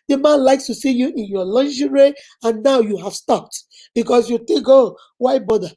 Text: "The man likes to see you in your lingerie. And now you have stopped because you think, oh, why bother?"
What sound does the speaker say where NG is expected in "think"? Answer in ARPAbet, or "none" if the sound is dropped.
none